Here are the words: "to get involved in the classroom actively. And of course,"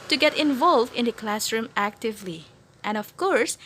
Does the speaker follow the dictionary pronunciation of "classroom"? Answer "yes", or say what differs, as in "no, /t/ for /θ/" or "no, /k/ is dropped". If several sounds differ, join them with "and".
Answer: yes